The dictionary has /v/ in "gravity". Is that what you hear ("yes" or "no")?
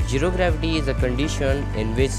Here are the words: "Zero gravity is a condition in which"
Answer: no